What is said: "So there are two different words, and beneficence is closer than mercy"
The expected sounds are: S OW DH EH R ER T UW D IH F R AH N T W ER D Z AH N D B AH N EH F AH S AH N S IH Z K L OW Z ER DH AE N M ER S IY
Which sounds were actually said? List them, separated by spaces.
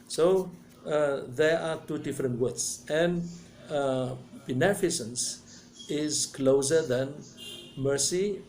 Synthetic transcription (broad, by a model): S OW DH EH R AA T UW D IH F R AH N T W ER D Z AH N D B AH N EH F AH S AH N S IH Z K L OW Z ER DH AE N M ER S IY